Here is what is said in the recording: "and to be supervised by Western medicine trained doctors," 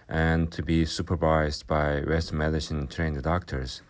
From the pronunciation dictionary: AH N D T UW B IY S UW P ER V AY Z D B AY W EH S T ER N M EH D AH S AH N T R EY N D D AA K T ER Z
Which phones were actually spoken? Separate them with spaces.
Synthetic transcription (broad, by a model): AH N T UW B IY S UW P ER V AY Z D B AY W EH S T M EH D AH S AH N T R EY N D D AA K T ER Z